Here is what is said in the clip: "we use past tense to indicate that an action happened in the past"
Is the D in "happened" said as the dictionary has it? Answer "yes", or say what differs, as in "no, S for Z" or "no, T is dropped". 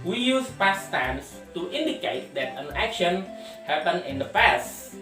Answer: no, D is dropped